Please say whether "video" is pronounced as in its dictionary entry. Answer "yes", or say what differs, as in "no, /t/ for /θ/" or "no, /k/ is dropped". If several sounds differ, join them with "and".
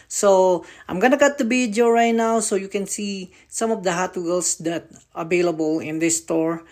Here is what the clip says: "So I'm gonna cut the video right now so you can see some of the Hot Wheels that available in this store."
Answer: no, /b/ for /v/